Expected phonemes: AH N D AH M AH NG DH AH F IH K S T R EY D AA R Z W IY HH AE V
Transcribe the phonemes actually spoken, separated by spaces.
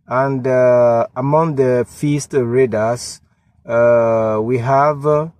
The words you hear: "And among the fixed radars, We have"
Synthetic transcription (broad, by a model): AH N D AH M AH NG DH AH F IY S T R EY D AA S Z W IY HH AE V